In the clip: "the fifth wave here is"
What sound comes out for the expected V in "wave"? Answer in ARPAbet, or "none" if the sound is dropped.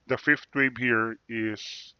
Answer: B